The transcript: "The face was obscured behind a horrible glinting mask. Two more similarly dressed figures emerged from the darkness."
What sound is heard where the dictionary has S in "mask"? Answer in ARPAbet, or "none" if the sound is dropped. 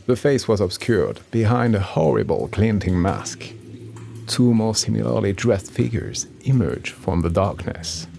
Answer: S